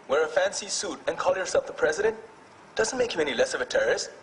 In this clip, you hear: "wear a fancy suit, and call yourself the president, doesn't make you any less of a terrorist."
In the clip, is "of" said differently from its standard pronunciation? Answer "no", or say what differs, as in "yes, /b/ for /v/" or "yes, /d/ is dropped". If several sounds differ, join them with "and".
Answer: no